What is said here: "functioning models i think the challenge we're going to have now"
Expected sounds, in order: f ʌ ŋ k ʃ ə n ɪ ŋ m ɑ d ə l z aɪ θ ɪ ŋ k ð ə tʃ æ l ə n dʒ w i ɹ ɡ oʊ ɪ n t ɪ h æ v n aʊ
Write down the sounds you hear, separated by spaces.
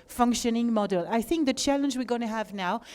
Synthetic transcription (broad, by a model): f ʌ ŋ k ʃ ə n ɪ ŋ m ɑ d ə l aɪ θ ɪ ŋ k ð ə tʃ æ l ə n dʒ w i ɹ ɡ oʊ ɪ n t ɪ h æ v n aʊ